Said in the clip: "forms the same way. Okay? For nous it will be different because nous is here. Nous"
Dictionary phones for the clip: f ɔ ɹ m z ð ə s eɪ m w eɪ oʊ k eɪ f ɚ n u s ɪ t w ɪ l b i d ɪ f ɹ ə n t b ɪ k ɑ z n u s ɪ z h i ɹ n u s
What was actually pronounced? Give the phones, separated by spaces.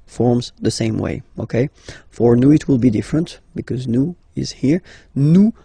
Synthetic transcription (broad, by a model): f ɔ ɹ m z ð ə s eɪ m w eɪ oʊ k eɪ f ɚ n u ɪ t w ɪ l b i d ɪ f ɹ ə n t b ɪ k ɑ z n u ɪ z h i ɹ n u